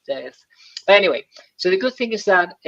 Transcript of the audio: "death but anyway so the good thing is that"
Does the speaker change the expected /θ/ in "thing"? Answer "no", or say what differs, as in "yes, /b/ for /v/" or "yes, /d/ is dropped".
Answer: no